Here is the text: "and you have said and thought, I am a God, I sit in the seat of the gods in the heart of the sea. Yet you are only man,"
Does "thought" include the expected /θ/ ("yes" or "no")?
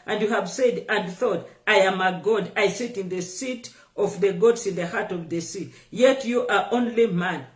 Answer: yes